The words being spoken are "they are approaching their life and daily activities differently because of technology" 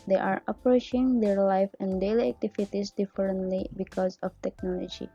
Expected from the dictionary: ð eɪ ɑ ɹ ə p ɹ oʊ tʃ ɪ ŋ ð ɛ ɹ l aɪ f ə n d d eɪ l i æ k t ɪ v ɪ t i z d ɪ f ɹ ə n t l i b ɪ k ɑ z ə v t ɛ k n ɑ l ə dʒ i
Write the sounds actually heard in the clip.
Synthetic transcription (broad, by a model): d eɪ ɑ ɹ ə p ɹ oʊ tʃ ɪ ŋ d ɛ ɹ l aɪ f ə n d d eɪ l i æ k t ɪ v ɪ t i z d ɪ f ɹ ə n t l i b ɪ k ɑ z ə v t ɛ k n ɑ l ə dʒ i